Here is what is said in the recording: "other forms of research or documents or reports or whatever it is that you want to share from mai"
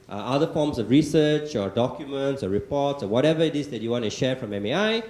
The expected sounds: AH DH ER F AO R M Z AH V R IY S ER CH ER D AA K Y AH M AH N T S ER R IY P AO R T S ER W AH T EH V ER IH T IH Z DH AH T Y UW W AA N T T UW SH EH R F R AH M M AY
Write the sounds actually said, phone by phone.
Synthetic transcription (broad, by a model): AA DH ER F AO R M S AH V R IY S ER CH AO D AA K Y AH M AH N T S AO R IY P AO T S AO W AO T EH V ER IH T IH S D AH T Y UW W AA N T T UW SH EH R F R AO M M AY